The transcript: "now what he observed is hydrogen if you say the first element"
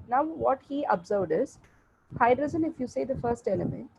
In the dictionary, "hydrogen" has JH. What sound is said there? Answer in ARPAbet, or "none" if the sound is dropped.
Z